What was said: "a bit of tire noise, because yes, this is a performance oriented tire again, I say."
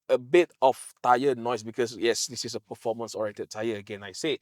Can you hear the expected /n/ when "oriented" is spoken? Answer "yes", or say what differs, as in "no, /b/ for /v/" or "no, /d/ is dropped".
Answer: no, /n/ is dropped